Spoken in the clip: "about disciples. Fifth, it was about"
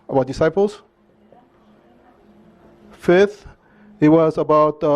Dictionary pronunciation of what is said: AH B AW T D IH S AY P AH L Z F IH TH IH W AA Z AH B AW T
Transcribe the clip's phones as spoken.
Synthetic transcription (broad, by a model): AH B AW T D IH S AY P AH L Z F IH TH IH W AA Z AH B AW T